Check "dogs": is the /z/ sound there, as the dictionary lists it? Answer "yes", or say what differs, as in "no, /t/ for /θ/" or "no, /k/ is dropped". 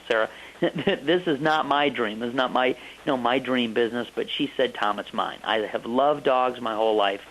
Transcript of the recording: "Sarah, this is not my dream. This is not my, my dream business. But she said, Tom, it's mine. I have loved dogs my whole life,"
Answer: yes